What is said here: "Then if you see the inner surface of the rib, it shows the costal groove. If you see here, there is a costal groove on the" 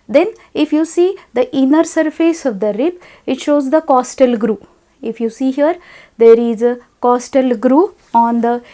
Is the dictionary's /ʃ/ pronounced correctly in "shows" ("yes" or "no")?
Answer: yes